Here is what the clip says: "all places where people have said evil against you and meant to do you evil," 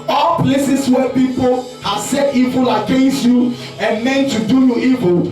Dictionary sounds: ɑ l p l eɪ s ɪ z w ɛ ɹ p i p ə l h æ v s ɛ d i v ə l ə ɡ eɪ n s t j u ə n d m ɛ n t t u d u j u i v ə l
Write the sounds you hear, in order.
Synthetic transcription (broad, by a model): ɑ l p l eɪ s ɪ s w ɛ p i p ə l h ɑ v s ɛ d i v ə l ə ɡ eɪ n s t j u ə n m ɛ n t t u d u j u i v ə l